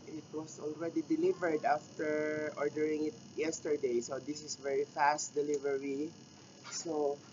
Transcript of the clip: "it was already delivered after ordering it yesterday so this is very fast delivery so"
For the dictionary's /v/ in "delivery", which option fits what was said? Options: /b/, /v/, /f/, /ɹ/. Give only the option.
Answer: /v/